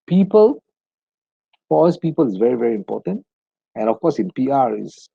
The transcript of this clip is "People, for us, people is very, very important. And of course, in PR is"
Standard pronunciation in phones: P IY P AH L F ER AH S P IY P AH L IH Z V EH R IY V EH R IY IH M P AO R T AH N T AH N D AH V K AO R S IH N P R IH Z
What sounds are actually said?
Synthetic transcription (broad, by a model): P IY P AH L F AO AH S P IY P AH L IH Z V EH R IY V EH R IY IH M P AO T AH N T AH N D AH F K AO S IH N P R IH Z